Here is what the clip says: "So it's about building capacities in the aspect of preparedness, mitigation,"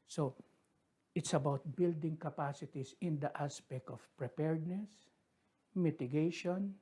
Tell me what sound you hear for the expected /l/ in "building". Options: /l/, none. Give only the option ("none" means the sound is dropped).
/l/